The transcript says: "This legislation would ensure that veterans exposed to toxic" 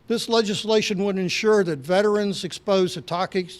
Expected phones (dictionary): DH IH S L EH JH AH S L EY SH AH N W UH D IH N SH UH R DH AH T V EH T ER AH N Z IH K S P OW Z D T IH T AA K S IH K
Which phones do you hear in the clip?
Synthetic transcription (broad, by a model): DH IH S L EH JH AH S L EY SH AH N W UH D IH N SH UH R DH AH T V EH T ER AH N Z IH K S P OW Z T IH T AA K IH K